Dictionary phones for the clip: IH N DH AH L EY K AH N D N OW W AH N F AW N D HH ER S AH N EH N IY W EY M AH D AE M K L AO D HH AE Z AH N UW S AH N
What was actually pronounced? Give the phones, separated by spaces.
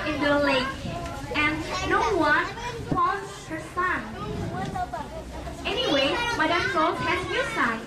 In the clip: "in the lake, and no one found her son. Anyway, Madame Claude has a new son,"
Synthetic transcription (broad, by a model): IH N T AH L EY K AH N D N OW W AH N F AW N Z HH ER S AH N EH N IY W EY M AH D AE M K AO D HH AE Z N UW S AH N